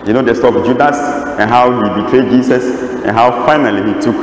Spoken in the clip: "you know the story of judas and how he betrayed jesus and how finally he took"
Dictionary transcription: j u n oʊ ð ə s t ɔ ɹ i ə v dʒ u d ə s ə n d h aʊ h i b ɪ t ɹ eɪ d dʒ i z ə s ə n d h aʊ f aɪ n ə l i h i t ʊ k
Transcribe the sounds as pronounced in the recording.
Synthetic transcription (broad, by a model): j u n oʊ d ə s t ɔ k dʒ u d ə s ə n h aʊ h i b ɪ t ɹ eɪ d dʒ i s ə s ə n h aʊ f aɪ n ə l i h i t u k